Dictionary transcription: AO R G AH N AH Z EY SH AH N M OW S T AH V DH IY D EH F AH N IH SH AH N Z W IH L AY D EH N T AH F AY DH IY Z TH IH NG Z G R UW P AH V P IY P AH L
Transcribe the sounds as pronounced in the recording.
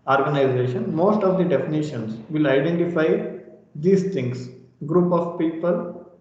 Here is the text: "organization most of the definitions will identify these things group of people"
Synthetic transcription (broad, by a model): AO R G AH N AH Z EY SH AH N M OW S T AH V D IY D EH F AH N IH SH AH N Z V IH L AY D EH N T AH F AY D IY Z T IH NG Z G R UW P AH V P IY P AH L